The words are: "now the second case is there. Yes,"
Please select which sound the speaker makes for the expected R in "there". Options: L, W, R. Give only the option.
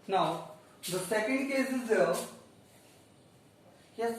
L